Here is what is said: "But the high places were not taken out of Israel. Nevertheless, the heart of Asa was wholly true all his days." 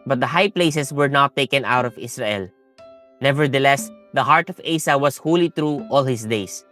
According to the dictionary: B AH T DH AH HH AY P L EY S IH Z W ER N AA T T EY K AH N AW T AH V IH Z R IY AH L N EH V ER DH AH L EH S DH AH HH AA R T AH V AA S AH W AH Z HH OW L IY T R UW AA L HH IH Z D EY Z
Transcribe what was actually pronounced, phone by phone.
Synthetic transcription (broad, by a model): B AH T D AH HH AY P L EY S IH S W ER N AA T T EY K AH N AW T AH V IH S R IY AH L N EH V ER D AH L EH S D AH HH AA R T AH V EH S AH W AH S HH OW L IY T R UW AA L HH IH S D EY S